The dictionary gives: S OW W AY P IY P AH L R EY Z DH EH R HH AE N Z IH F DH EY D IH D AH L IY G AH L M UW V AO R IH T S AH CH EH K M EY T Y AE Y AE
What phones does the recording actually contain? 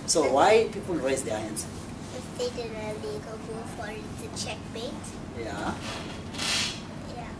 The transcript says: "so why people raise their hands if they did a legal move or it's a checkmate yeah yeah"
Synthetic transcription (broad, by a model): S OW W AY P IY P AH L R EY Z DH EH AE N S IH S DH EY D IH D AH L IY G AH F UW F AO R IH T AH CH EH K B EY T Y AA Y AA